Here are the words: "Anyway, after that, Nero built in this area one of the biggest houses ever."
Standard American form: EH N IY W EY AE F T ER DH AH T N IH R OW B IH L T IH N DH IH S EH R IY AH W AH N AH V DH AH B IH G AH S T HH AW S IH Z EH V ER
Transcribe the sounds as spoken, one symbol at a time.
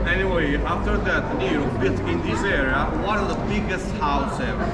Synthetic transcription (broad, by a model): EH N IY W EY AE F T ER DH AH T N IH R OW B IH T IH N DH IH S EH R IY AH W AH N AH V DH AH B IH G AH S T HH AW S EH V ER